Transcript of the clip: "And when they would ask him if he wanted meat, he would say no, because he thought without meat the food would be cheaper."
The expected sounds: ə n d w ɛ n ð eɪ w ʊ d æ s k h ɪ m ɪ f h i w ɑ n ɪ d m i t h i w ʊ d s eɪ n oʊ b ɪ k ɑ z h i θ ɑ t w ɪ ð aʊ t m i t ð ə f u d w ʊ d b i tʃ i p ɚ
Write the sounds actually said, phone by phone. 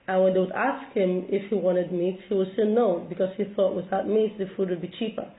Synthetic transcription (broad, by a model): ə n w ɛ n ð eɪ w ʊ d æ s k h ɪ m ɪ f h i w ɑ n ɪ d m i t h i w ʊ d s eɪ n oʊ b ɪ k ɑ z h i θ ɑ t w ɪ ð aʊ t m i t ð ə f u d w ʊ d b i tʃ i p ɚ